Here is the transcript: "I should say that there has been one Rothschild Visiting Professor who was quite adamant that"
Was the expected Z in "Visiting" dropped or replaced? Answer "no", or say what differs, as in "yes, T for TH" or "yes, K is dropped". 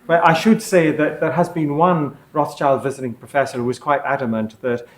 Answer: no